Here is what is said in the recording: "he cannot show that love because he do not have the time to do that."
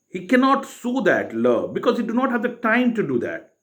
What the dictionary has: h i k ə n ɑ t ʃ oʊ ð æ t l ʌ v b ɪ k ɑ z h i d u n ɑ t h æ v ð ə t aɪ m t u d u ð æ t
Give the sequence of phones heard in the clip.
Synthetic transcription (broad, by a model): h i k ə n ɑ t s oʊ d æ t l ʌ b ɪ k ɑ z h i d u n ɑ t h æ v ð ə t aɪ m t u d u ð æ t